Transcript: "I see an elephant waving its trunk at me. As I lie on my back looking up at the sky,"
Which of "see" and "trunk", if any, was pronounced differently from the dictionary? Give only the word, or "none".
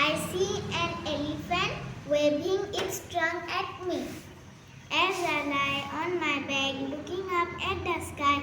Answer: trunk